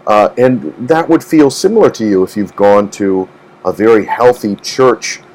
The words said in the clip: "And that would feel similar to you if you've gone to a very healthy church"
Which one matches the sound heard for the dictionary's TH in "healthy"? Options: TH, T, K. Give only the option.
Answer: TH